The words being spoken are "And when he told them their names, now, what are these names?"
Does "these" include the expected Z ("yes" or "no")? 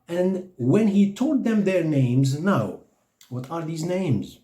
yes